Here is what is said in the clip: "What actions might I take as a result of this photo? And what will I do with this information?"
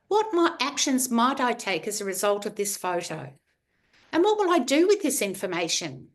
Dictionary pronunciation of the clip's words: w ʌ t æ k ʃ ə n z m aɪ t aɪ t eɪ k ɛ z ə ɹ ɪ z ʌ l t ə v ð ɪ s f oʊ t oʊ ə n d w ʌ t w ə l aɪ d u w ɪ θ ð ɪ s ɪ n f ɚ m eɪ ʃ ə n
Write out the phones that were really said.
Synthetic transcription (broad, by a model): w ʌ t æ k ʃ ə n z m aɪ t aɪ t eɪ k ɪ z ə ɹ ɪ z ʌ l t ə v ð ɪ s f oʊ t oʊ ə n w ʌ t w ə l aɪ d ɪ w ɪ ð ɪ s ɪ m f ɚ m eɪ ʃ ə n